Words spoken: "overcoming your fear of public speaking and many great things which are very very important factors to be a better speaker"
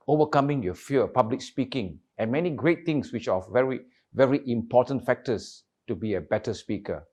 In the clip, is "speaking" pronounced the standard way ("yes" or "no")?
yes